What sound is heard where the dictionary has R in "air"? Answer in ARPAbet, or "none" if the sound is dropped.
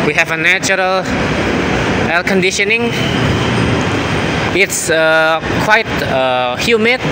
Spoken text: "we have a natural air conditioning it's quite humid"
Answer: L